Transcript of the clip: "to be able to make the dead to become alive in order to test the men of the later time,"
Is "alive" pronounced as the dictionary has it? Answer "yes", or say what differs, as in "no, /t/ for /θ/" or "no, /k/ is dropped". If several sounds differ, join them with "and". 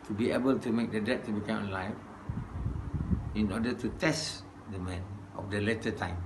no, /f/ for /v/